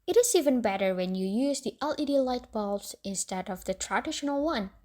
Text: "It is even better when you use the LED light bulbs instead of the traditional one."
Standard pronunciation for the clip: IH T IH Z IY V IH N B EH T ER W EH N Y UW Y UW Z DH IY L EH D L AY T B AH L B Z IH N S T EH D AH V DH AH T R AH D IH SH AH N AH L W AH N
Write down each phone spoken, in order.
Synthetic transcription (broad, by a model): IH T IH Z IY V IH N B EH T ER W EH N Y UW Y UW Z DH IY L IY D L AY T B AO L Z IH N S T EH D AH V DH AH T R AH D IH SH AH N AH L W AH N